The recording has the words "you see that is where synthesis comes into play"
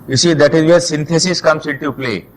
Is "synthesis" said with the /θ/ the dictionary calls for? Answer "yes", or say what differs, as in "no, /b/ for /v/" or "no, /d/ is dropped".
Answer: no, /t/ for /θ/